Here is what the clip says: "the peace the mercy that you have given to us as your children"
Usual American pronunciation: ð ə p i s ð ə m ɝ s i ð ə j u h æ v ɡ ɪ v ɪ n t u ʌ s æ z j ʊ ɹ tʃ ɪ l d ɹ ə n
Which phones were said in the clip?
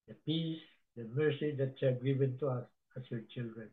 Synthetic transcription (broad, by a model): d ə p i s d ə m ɝ s i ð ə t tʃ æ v ɡ ɪ v ɪ n t u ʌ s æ s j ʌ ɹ tʃ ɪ l d ɹ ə n